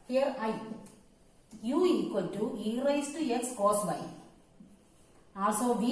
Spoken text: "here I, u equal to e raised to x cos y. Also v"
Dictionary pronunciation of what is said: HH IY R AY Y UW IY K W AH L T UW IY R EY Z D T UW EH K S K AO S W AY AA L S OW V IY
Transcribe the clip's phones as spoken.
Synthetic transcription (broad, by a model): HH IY R AY Y UW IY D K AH N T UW IY R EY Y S T UW EH K S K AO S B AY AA S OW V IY